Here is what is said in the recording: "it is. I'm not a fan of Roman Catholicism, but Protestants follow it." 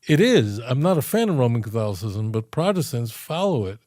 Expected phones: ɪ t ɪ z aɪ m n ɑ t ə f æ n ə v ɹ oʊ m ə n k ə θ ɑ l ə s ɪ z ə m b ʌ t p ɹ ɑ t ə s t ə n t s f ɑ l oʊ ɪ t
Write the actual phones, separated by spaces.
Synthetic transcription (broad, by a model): ɪ t ɪ z aɪ m n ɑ t ə f æ n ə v ɹ oʊ m ə n k ə θ ɑ l ə s ɪ z ə m b ʌ t p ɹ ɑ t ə s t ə n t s f ɑ l oʊ ɪ t